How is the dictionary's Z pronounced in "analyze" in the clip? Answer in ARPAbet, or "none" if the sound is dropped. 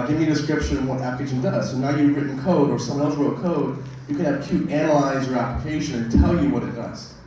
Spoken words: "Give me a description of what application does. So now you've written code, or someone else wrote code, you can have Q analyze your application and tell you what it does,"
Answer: Z